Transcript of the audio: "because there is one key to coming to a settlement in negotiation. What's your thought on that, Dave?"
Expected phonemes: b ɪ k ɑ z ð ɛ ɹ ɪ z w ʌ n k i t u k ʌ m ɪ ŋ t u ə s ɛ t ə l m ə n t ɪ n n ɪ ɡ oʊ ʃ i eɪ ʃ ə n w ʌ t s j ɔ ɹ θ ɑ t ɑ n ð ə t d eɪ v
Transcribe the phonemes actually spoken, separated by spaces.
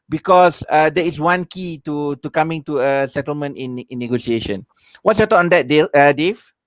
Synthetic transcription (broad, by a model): b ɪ k ɑ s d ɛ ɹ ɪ s w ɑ n k i t u k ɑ m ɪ ŋ t u ə s ɛ t ə l m ə n t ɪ n n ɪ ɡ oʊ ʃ i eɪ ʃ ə n w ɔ t s j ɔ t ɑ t ɑ n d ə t d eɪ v